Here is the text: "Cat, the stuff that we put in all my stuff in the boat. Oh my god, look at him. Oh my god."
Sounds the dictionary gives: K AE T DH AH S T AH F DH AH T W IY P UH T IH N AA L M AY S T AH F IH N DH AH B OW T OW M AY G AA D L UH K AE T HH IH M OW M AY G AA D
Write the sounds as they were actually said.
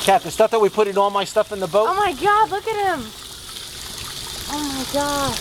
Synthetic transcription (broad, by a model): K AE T DH AH S T AH F DH AH T W IY P UH T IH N AA L M AY S T AH F IH N DH AH B OW OW M AY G AA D L UH K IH T HH IH M OW M AY G AA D